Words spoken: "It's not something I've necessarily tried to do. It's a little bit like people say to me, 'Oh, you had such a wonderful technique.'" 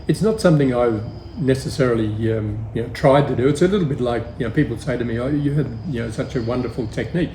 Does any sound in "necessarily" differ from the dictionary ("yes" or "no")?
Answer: yes